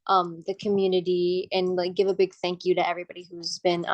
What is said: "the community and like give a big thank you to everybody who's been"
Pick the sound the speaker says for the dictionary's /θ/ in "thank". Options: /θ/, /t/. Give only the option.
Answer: /θ/